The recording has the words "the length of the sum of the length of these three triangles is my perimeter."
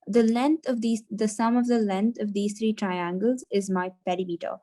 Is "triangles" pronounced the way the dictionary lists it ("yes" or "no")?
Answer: yes